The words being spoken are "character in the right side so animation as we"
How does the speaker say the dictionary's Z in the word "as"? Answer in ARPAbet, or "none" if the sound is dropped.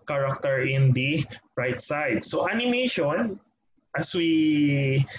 S